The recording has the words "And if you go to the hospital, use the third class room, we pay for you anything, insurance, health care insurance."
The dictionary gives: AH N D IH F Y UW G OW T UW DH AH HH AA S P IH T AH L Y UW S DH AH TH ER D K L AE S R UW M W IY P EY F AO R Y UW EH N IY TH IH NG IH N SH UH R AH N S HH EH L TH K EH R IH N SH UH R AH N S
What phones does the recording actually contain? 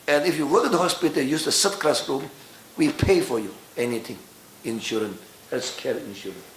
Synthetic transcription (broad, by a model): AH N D IH F Y UW G OW T UW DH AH HH AA S P IH T AH L Y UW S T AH S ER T K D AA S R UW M W IY P EY F AO R Y UW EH N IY T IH NG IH N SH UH R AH N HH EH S K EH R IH N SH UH R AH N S